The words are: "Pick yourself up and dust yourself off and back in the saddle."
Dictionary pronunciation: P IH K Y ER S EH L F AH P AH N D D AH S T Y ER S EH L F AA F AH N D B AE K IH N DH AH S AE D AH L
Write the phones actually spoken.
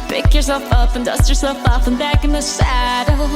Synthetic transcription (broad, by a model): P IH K Y ER S EH L F AH P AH N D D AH S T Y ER S EH L F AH P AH N B AE K IH N DH AH S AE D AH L